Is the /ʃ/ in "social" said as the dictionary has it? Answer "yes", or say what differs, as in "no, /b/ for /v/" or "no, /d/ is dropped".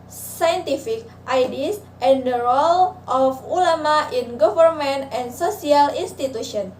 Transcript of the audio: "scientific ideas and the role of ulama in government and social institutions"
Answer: no, /s/ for /ʃ/